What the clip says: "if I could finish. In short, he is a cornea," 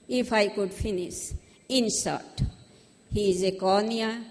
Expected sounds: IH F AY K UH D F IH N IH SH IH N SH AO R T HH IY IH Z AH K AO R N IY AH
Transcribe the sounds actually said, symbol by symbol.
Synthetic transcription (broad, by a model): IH F AY K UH D F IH N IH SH IH N S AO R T HH IY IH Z AH K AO N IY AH